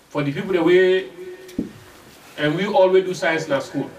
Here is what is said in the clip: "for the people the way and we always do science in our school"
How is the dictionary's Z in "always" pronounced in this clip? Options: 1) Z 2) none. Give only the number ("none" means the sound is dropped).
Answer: 2